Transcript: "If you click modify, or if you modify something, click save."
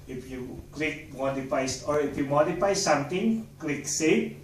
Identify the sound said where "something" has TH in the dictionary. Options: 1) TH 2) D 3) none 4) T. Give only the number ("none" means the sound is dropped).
4